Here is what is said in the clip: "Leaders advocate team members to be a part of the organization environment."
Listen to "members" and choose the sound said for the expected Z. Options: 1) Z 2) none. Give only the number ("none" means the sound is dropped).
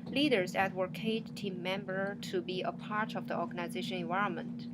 2